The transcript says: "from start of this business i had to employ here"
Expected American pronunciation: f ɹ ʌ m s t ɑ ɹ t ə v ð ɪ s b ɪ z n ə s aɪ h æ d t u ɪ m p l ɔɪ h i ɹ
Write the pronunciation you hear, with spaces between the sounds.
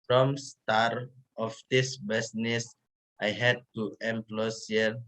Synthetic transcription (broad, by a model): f ɹ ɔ m s t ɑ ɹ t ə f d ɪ s b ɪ s n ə s aɪ h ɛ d t u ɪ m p l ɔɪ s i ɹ